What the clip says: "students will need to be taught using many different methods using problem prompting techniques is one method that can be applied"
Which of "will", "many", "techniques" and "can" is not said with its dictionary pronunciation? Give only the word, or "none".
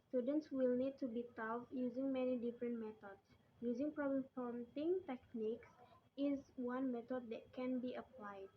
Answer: none